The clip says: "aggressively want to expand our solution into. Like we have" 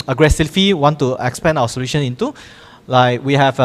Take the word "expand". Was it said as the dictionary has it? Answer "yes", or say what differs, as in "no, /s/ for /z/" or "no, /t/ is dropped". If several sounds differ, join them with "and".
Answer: no, /d/ is dropped